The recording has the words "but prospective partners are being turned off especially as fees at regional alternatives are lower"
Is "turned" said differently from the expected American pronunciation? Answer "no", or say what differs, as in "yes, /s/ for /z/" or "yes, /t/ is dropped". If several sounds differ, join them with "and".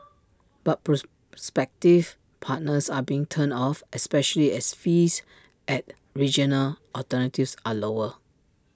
yes, /d/ is dropped